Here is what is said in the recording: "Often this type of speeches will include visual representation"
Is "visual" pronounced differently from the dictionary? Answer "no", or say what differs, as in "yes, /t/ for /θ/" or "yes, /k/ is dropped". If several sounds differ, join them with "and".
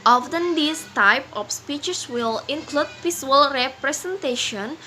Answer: yes, /p/ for /v/